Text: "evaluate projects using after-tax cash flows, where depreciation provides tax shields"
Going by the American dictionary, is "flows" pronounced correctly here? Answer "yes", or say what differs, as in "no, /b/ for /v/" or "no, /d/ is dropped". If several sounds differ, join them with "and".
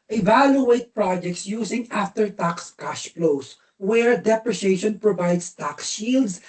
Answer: no, /p/ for /f/ and /s/ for /z/